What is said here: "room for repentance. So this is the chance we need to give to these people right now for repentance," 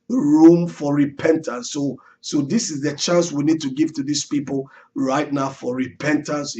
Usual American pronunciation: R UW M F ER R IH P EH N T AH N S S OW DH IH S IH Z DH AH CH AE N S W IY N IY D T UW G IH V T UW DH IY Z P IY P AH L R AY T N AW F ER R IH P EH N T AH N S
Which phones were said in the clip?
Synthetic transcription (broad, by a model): R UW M F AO R IH P EH N T AH N S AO OW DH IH S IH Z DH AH CH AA N S W IY N IY D T UW G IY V T UW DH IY S P IY P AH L R AY T N AW F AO R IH P EH N T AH N S